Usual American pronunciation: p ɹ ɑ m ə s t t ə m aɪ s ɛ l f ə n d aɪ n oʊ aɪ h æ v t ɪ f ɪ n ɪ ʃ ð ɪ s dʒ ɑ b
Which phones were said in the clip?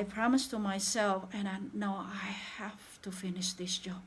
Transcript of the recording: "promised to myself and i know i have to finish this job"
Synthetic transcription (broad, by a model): p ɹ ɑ m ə s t t ə m aɪ s ɛ l f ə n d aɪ n oʊ aɪ h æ f t ɪ f ɪ n ɪ ʃ ð ɪ s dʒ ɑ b